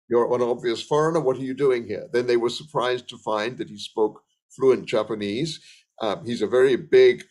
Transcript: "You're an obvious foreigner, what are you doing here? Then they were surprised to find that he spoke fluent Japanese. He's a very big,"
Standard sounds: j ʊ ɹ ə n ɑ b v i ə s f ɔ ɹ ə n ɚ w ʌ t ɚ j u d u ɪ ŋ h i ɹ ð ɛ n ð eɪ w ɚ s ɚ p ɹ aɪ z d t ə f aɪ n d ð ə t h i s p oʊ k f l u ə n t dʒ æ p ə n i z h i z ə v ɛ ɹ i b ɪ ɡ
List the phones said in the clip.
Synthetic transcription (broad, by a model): j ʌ ɹ ə n ɑ b v i ə s f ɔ ɹ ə n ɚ w ʌ t ɚ j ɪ d u ɪ ŋ h i ɹ ð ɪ n ð eɪ w ɚ s ɚ p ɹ aɪ z t ə f aɪ n ð ə t h i s p oʊ k f l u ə n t dʒ æ p ə n i z h i z ə v ɛ ɹ i b ɪ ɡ